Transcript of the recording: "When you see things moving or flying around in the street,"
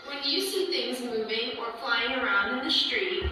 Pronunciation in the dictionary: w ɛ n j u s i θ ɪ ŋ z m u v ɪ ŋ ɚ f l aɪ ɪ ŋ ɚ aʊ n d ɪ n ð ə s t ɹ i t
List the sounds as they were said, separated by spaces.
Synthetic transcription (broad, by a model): w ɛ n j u s i θ ɪ ŋ z m u v ɪ ŋ ɚ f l aɪ ɪ ŋ ɚ aʊ n d ɪ n ð ə s t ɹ i t